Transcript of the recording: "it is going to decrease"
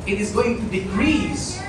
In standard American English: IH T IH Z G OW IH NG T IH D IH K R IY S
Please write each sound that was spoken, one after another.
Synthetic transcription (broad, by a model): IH T IH Z G OW IH NG T IH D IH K R IY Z